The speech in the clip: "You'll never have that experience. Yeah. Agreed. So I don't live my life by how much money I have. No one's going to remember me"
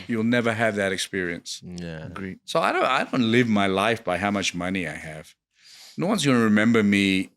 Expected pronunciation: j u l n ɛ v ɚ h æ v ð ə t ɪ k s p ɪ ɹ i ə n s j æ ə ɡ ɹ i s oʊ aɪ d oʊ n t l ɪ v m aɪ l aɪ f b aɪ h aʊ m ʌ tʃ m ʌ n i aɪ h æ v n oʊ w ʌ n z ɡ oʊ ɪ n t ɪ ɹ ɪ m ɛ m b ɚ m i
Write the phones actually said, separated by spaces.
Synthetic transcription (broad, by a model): j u l n ɛ v ɚ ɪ v ð ə t ɪ k s p ɪ ɹ i ə n s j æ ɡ ɹ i s oʊ aɪ d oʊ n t l ɪ v m aɪ l aɪ f b aɪ h aʊ m ʌ tʃ m ʌ n i aɪ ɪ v n oʊ w ʌ n z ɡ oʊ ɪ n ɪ ɹ ɪ m ɛ m b ɚ m i